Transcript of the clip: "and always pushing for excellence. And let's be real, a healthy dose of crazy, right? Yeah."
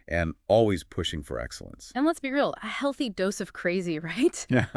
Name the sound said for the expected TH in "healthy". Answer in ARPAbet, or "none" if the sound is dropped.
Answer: TH